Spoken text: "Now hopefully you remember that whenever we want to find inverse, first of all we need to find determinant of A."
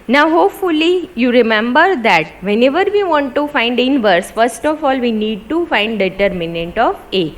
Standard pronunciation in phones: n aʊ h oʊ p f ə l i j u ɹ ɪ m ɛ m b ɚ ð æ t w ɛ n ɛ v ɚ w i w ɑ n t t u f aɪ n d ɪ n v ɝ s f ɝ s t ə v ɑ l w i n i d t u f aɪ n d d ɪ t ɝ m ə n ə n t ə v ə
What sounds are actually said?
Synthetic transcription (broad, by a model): n aʊ h oʊ p f ə l i j u ɹ ɪ m ɛ m b ɚ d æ t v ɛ n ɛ v ɚ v i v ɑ n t t u f aɪ n d ɪ n v ɝ s f ɝ s t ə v ɑ l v i n i d t u f aɪ n d d ɪ t ɝ m ə n ə n t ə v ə